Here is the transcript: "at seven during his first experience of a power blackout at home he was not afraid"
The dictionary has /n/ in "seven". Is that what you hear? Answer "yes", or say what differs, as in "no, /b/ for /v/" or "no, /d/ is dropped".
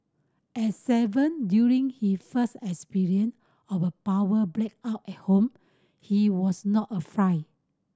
yes